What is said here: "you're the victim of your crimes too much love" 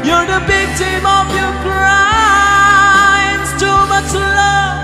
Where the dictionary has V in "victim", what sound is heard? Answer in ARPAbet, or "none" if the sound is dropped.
B